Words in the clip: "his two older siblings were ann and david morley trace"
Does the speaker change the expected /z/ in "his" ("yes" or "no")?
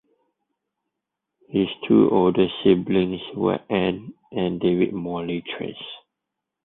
yes